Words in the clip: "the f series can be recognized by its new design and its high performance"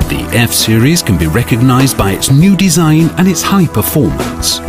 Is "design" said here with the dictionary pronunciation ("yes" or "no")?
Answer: yes